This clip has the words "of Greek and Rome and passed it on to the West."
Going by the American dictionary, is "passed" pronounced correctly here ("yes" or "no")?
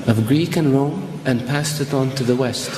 yes